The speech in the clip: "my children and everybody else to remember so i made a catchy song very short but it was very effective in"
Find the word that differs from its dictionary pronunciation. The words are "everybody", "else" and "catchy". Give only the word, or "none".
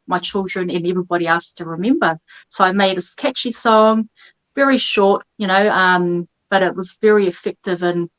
else